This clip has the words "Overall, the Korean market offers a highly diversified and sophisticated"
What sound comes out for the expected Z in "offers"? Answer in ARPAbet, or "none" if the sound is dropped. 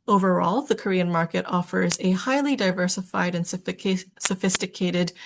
Z